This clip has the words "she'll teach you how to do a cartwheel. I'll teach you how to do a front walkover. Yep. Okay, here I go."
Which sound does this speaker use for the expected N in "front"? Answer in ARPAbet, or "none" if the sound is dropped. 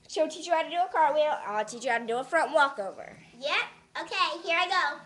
N